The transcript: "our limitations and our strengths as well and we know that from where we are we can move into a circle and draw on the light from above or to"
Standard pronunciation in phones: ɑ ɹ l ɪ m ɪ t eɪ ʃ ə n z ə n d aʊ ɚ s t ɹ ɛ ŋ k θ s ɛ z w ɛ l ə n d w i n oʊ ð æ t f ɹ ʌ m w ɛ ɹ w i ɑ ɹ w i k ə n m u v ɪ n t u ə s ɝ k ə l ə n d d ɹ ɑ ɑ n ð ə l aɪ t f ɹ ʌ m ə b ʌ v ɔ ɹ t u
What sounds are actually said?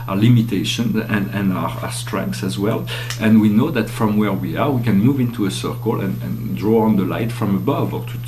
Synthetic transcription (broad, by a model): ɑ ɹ l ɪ m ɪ t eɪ ʃ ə n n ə n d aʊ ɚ s t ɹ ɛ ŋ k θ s ɛ z w ɛ l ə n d w i n oʊ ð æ t f ɹ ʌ m w ɛ ɹ w i ɑ ɹ w i k ə n m u v ɪ n t u ə s ɝ k ə l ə n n d ɹ ɑ ɑ n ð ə l aɪ t f ɹ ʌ m ə b ʌ v ɔ ɹ t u